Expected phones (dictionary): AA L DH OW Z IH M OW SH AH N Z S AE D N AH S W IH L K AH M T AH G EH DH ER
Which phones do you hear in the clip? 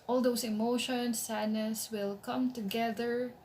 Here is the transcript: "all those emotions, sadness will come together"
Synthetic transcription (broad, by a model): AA L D OW S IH M OW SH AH N S AE D N AH S W IH L K AH M T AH G EH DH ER